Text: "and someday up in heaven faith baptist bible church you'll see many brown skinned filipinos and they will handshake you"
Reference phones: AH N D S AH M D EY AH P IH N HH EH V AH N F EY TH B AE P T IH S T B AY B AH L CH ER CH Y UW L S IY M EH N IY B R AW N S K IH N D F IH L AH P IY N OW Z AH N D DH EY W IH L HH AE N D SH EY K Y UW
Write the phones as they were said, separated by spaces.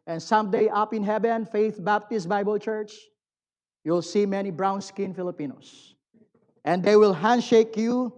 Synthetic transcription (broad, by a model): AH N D S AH M D EY AH P IH N HH EH V AH N F EY TH B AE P T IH S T B AY B AH L CH ER CH Y UW L S IY M EH N IY B R AW N S K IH N F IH L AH P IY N OW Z AH N D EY W IH L HH AE N D SH EY K Y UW